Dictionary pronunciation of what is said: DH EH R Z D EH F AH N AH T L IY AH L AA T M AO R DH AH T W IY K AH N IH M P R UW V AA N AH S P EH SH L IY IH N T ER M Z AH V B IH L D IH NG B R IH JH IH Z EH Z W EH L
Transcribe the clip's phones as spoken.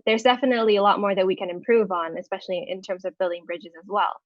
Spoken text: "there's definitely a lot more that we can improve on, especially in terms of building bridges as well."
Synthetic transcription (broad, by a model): DH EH R Z D EH F AH N AH T L IY AH L AA T M AO R DH AH T W IY K AH N IH M P R UW V N AH S P EH SH L IY IH N T ER M Z AH V B IH L D IH NG B R IH JH IH Z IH Z W EH L